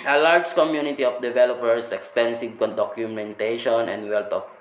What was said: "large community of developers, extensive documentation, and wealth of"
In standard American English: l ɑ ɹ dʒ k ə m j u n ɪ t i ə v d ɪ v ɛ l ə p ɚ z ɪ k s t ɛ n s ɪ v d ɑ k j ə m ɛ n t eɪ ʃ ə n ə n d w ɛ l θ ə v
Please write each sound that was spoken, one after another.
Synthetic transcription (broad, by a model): l ɑ ɹ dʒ k ə m j u n ɪ t i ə f d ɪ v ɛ l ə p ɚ s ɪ k s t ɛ n s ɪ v d ɑ k j ə m ɛ n t eɪ ʃ ə n ə n d w ɛ l t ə